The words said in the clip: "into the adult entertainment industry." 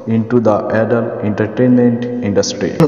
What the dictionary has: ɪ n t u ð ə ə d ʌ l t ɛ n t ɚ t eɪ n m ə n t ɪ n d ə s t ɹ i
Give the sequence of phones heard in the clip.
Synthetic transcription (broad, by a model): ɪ n t u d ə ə d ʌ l ɛ n t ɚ t eɪ n m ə n t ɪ n d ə s t ɹ i